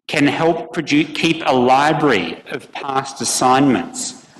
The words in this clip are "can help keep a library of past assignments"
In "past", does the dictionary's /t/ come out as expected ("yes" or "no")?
yes